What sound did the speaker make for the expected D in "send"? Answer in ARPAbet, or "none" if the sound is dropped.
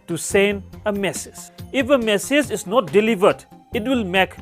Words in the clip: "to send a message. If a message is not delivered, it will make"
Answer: none